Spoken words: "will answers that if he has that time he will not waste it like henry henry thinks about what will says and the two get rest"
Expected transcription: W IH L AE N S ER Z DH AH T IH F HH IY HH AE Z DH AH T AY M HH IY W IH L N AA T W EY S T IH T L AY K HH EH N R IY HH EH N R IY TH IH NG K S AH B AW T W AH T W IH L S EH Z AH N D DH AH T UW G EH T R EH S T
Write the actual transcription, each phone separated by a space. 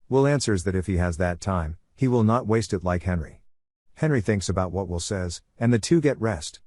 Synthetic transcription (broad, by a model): W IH L AE N S ER Z DH AH T IH F HH IY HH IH Z DH AH T AY M HH IY W IH L N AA T W EY S T IH T L AY K HH EH N R IY HH EH N R IY TH IH NG K S AH B AW T W AH T W IH L S EH Z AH N DH AH T UW G EH T R EH S T